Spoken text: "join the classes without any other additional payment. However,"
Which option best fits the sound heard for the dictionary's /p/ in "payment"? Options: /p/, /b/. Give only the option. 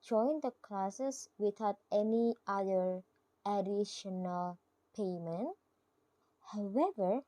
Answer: /p/